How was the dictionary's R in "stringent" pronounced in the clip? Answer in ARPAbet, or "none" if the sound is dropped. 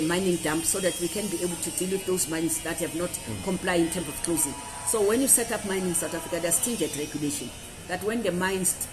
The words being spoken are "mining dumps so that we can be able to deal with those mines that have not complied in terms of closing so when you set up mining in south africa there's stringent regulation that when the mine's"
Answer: none